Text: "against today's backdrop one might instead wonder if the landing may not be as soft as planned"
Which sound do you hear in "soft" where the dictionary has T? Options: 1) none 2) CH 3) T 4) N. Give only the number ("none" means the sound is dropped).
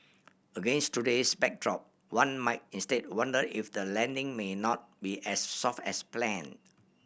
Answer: 3